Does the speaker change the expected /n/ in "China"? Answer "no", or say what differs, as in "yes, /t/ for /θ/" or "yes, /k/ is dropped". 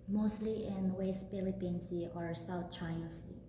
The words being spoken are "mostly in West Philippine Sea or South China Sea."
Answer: yes, /n/ is dropped